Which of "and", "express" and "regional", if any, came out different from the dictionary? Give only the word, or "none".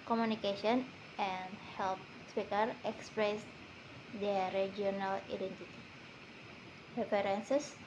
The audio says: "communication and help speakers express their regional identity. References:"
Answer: regional